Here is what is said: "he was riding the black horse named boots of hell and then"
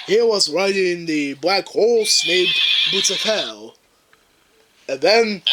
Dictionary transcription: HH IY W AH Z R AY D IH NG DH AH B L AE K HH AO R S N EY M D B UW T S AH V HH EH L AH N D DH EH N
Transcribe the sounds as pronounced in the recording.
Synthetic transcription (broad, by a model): HH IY W AH Z R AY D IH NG DH AH B L AE K HH AO L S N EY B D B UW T AH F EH L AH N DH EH N